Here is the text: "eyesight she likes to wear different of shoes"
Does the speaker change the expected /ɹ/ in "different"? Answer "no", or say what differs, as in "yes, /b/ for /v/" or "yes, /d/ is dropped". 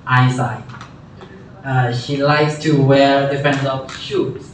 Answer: yes, /ɹ/ is dropped